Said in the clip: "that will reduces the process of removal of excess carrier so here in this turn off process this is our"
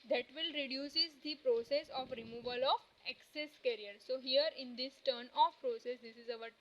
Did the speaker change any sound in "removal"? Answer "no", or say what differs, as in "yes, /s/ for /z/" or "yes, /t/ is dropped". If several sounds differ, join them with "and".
no